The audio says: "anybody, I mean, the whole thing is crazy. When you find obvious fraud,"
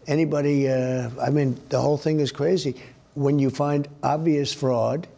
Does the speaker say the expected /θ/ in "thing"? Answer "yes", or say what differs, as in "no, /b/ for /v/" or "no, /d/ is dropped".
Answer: yes